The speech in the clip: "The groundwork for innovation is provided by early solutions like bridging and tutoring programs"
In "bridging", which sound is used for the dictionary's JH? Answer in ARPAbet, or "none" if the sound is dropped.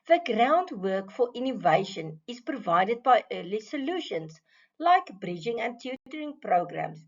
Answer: JH